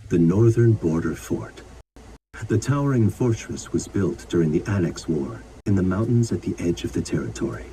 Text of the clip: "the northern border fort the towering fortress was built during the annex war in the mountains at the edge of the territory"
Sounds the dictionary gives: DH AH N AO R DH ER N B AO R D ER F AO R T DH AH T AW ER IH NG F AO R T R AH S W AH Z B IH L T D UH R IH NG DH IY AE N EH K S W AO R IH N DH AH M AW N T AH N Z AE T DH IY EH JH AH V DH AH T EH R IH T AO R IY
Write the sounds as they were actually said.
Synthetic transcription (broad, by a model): DH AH N AO R DH ER N B AO R D ER F AO R T DH AH T AW ER IH NG F AO R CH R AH S W AH Z B IH L T D UH R IH NG DH IY AE N EH K S W AO R IH N DH AH M AW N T N Z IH T DH IY EH JH AH V DH AH T EH R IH T AO R IY